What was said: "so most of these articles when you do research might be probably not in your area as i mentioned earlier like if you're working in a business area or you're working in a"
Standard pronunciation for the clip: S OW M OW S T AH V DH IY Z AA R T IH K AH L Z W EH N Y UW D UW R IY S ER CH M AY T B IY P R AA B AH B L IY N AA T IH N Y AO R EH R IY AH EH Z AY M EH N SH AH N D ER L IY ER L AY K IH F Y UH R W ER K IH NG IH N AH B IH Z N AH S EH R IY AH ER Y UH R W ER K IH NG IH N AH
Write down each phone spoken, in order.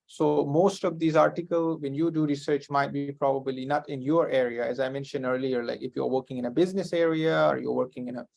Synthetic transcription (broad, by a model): S OW M OW S T AH V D IY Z AA R T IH K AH L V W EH N Y UW D UW R IY S ER CH M AY T B IY P R AA B AH B L IY N AA T IH N Y AO R EH R IY AH EH Z AY M EH N SH AH N D ER L IY ER L AY K IH F Y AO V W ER K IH NG IH N AH B IH Z N AH S EH R IY AH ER Y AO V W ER K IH NG IH N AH